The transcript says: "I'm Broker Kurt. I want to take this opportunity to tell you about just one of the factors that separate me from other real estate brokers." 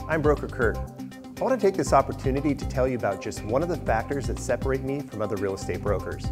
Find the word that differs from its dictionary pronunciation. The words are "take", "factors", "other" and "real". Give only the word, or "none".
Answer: none